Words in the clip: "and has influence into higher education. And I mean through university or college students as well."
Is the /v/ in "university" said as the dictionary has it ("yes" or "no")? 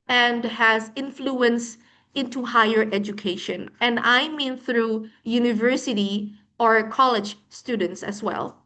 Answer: yes